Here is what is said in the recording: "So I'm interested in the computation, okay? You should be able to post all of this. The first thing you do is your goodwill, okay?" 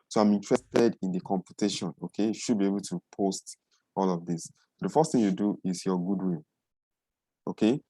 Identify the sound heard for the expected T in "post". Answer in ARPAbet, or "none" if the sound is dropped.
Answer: T